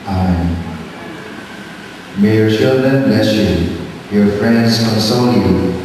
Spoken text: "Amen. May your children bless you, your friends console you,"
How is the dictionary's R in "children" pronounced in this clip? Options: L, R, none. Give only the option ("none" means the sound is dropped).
R